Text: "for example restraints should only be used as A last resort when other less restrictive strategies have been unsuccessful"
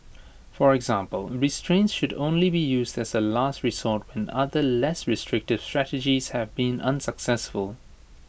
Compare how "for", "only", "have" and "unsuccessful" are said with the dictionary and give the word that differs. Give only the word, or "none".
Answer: none